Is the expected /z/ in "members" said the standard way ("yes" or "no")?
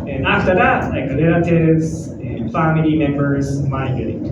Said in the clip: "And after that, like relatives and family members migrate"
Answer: yes